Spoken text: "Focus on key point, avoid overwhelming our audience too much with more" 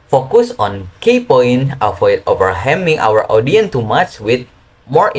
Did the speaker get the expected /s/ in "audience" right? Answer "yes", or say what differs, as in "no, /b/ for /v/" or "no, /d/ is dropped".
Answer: no, /s/ is dropped